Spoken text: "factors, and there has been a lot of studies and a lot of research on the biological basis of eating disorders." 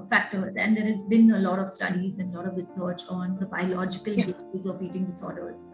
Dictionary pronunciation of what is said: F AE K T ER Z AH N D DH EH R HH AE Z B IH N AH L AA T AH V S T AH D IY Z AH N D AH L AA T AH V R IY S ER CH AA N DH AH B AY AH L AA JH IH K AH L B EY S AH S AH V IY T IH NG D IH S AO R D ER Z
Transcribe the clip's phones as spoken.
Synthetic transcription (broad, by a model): F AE K T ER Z AH N D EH R HH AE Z B IH N AH L AA T AH V S T AH D IY Z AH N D AH L AA T AH V R IY S ER CH AA N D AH B AY AH L AA JH IH K AH L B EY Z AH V IY T IH NG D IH S AO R D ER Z